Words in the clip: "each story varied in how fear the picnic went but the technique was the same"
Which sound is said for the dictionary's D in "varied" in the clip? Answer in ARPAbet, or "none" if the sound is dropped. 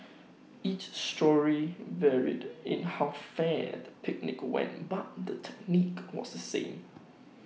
D